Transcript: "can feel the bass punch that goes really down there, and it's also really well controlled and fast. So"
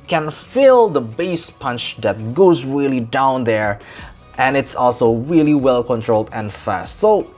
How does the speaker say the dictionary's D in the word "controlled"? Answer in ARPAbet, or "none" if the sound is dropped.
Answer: D